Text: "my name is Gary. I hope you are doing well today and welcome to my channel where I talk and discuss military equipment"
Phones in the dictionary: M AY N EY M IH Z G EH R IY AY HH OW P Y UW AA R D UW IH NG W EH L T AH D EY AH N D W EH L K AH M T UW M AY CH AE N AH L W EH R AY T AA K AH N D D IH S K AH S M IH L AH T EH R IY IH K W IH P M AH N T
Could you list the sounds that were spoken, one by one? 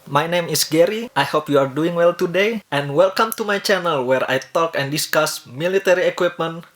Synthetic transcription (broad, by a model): M AY N EY M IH S G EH R IY AY HH OW P Y UW AA R D UW IH NG W EH L T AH D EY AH N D W EH L K AH M T UW M AY CH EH N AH L W EH R AY T AA K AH N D D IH S K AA S M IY L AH T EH R IY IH K W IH P M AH N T